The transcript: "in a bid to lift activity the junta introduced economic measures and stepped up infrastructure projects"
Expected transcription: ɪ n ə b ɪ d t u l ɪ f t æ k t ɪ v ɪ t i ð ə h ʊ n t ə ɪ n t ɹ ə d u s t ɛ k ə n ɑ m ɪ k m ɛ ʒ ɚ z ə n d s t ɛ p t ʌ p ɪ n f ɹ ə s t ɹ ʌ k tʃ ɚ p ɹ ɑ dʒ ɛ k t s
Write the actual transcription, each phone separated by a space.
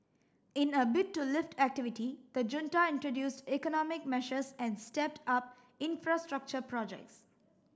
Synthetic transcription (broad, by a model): ɪ n ə b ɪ t u l ɪ f t æ k t ɪ v ɪ t i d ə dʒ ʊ n t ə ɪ n t ɹ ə d u s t ɛ k ə n ɑ m ɪ k m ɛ ʃ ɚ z ə n d s t ɛ p t ʌ p ɪ n f ɹ ə s t ɹ ʌ k tʃ ɚ p ɹ ɑ dʒ ɛ k t s